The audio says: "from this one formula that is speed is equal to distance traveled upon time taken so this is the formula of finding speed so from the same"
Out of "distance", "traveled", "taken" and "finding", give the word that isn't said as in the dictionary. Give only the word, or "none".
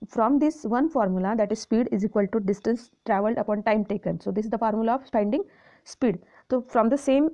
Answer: finding